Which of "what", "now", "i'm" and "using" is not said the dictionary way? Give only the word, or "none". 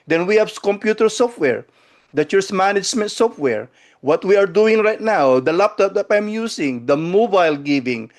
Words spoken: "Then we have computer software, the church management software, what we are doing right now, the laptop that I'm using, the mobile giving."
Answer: using